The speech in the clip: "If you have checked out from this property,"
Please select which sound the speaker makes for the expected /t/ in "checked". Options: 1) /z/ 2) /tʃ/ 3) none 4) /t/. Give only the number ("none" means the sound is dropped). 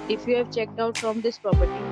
4